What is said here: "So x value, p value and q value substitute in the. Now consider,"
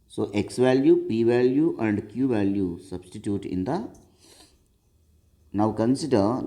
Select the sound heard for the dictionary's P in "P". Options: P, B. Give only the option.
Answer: P